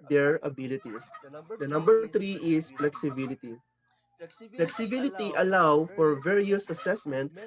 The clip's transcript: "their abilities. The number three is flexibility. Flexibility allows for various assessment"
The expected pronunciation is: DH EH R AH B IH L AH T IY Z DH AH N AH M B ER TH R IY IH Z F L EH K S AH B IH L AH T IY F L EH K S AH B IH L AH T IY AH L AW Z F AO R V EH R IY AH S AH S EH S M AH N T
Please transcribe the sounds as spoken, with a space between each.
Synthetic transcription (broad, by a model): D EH R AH B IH L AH T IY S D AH N AH M B ER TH R IY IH S F L EH K S AH B IH L AH T IY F L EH K S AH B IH L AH T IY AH L AW F AO R V EH R IY AH S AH S EH S M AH N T